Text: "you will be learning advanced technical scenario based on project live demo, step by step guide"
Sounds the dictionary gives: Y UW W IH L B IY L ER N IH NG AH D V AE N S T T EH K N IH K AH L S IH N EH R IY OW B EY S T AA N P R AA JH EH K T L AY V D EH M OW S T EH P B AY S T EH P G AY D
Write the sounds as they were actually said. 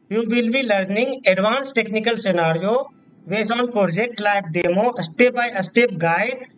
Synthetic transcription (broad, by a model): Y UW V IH L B IY L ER N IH NG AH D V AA N S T T EH K N IH K AH L S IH N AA R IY OW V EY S AA N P R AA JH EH K T L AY B D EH M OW S T EH P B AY S T EH P G AY D